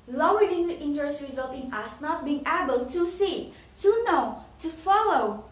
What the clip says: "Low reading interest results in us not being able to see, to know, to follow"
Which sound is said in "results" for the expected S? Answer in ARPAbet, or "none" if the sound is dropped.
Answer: none